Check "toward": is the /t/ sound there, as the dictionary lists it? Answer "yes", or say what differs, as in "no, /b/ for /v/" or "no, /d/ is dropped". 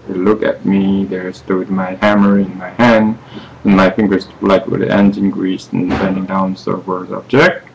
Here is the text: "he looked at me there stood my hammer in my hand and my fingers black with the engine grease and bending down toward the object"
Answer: no, /s/ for /t/